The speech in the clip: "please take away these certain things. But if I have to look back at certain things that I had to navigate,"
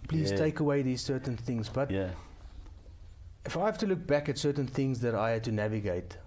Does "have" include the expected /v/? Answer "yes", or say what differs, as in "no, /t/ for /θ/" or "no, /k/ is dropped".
no, /f/ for /v/